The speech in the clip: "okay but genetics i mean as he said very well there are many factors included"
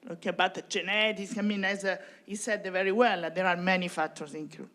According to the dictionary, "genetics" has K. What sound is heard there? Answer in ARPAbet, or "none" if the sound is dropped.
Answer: none